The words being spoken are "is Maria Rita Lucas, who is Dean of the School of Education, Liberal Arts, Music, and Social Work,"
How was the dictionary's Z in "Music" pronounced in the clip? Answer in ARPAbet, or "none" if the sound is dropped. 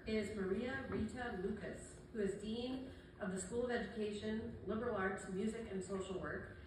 Z